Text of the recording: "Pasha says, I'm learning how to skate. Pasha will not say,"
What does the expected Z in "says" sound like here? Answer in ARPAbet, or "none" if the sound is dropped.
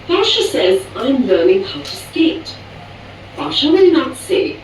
Z